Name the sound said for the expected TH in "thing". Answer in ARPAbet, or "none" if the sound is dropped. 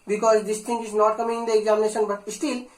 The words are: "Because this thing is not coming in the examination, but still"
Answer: T